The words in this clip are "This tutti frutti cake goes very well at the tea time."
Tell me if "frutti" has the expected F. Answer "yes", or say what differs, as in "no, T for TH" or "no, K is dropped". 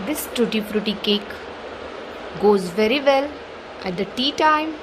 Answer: no, P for F